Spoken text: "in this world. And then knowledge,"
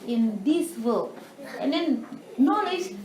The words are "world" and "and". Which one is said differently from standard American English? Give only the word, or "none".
world